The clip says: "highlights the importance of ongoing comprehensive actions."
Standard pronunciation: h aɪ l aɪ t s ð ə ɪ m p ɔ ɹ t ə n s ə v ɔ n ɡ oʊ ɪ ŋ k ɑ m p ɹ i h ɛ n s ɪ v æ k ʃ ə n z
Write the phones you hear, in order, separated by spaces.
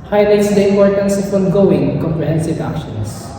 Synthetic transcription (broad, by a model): h aɪ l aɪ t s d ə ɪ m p ɔ ɹ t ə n s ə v ɔ n ɡ oʊ ɪ ŋ k ɑ m p ɹ i h ɛ n s ɪ v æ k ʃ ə n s